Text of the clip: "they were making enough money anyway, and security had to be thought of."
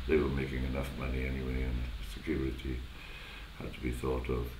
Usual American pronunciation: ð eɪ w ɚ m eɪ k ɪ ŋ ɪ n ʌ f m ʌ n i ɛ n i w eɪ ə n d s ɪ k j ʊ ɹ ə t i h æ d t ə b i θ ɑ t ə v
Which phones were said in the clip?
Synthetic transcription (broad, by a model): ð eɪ w ɚ m eɪ k ɪ ŋ ɪ n ʌ f m ʌ n i ɛ n i w eɪ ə n s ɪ k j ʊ ɹ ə t i h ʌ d t ə b i θ ɑ t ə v